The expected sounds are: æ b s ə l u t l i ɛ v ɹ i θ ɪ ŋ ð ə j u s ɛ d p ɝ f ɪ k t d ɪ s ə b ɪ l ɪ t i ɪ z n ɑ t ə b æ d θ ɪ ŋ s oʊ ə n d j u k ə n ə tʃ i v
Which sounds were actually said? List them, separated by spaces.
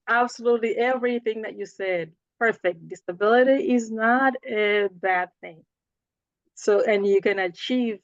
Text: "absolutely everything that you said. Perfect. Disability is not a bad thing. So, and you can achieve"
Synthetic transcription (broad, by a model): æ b s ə l u t l i ɛ v ɹ i θ ɪ ŋ ð ə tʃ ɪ s ɛ d p ɝ f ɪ k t d ɪ s ə b ɪ l ɪ t i ɪ z n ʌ t ə b æ d θ ɪ ŋ s oʊ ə n j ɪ k ə n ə tʃ i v